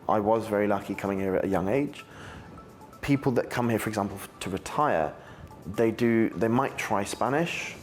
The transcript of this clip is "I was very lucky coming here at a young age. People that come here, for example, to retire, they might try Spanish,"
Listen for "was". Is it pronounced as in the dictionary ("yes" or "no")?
yes